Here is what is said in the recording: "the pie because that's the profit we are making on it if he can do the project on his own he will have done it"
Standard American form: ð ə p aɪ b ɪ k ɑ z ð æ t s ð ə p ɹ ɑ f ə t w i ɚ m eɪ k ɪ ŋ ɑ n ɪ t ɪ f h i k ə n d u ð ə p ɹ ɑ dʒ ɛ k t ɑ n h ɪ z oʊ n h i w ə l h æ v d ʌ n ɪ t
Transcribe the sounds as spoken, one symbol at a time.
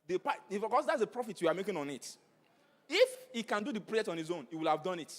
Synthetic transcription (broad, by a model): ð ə p aɪ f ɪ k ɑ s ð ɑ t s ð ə p ɹ ɑ f ə t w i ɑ m eɪ k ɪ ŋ ɑ n ɪ t ɪ f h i k ə n d u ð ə p ɹ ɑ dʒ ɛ k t ɑ n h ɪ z oʊ n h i w ə l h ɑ v d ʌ n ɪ t